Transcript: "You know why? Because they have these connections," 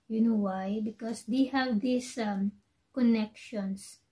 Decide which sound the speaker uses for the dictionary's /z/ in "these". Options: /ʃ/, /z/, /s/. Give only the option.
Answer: /s/